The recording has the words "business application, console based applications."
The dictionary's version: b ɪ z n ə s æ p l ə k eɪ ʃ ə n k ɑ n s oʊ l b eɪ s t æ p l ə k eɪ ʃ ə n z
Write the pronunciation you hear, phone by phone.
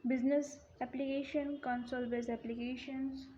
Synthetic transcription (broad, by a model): b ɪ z n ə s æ p l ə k eɪ ʃ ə n k ɑ n s oʊ l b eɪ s æ p l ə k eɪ ʃ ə n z